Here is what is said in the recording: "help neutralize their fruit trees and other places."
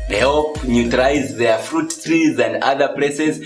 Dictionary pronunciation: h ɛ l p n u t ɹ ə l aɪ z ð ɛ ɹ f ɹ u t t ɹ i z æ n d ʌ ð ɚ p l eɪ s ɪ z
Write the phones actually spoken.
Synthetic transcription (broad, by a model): h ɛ l p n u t ə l aɪ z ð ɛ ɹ f ɹ u t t ɹ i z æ n d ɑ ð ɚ p l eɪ s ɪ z